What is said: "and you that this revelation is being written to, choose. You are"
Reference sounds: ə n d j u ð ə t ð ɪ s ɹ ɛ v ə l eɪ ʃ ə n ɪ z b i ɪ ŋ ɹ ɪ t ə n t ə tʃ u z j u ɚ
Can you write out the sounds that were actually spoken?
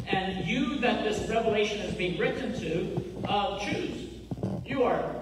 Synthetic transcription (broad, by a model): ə n j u ð ə t ð ɪ s ɹ ɛ v ə l eɪ ʃ ə n ɪ z b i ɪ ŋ ɹ ɪ t n t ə tʃ u z j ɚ